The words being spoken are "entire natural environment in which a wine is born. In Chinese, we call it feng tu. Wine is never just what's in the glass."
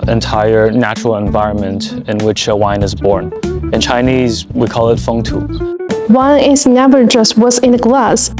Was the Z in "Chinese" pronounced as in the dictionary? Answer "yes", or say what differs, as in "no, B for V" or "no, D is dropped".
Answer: yes